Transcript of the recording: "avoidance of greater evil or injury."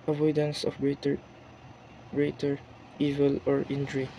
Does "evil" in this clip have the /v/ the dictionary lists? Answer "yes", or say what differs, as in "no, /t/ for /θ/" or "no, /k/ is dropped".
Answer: yes